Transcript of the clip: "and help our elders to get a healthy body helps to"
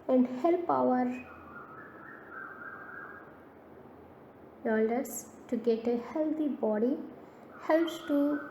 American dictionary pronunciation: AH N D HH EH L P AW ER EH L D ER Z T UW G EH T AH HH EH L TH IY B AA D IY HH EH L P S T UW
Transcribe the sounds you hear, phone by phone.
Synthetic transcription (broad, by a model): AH N D HH EH L P AW ER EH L D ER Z T UW G EH T AH HH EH L T IY B AA D IY HH EH L P S T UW